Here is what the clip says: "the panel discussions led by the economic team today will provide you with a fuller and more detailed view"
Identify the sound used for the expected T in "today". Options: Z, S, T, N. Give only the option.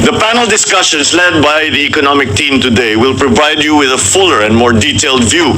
T